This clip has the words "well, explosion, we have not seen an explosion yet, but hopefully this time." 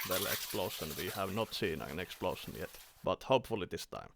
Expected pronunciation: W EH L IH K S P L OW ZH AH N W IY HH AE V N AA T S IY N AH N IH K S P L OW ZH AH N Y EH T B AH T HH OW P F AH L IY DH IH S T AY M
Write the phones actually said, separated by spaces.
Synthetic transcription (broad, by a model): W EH L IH K S P L OW SH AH N W IY HH AE V N AA T S IY N AH N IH K S P L OW SH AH N Y EH T B AH T HH OW P F AH L IY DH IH S T AY M